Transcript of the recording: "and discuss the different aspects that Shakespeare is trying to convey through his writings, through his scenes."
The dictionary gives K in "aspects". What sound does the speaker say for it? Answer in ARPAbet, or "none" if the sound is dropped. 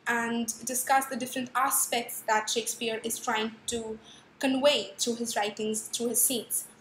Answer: K